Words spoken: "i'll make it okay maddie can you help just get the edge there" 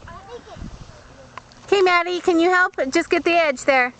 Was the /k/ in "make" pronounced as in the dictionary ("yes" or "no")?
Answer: no